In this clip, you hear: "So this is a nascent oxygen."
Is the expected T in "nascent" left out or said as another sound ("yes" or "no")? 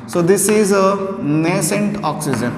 no